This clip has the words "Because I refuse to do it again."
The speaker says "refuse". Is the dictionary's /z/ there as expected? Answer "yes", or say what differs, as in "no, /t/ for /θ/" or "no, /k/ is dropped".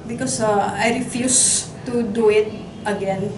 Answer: no, /s/ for /z/